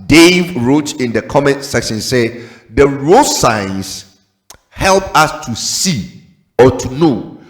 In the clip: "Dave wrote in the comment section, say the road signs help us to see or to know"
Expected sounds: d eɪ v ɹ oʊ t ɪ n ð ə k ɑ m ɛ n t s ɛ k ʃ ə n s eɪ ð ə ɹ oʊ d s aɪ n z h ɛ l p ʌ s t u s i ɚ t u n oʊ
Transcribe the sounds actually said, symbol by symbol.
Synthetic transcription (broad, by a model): d eɪ v ɹ oʊ t ɪ n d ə k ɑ m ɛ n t s ɛ k ʃ ə n s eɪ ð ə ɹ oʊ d s aɪ n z h ɛ l p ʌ s t u s i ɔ t u n oʊ